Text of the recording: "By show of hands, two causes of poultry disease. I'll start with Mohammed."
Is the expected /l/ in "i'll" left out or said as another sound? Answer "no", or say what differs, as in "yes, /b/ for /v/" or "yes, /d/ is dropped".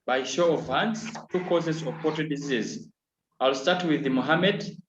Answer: no